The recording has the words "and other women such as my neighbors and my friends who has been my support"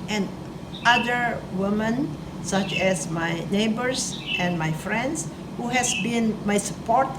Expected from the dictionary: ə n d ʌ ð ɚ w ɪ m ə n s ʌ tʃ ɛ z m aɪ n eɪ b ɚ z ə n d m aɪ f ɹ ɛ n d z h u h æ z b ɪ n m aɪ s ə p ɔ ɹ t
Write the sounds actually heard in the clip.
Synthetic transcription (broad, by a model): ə n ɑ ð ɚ w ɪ m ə n s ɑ tʃ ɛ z m aɪ n eɪ b ɚ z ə n m aɪ f ɹ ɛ n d s h u h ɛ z b ɪ n m aɪ s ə p ɔ ɹ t